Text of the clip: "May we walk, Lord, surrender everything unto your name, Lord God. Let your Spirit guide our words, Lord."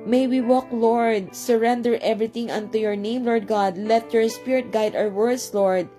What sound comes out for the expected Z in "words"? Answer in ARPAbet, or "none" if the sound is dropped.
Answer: S